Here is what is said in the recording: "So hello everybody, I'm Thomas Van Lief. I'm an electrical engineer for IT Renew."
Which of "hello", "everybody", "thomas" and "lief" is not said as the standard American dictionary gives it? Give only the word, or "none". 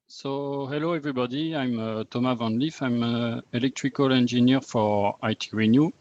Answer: thomas